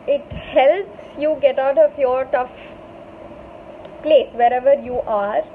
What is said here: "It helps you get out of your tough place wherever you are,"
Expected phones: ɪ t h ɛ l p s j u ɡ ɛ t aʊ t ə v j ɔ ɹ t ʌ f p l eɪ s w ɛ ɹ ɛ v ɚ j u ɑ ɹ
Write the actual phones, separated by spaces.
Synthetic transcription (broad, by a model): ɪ t h ɛ l p s j u ɡ ɛ t aʊ t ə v j ɔ ɹ t ʌ f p l eɪ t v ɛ ɹ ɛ v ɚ j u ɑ ɹ